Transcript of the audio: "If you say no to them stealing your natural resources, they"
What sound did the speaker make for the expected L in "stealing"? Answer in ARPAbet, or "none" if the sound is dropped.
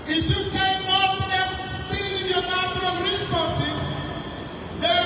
none